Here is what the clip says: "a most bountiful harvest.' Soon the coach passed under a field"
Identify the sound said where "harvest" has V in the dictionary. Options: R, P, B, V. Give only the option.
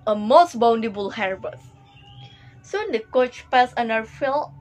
B